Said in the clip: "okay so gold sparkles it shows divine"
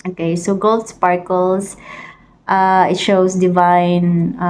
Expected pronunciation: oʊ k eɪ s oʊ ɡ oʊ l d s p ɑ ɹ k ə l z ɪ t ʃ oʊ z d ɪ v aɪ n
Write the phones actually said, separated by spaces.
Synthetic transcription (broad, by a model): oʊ k eɪ s oʊ ɡ oʊ l d s p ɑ ɹ k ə l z ɪ t ʃ oʊ s d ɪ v aɪ n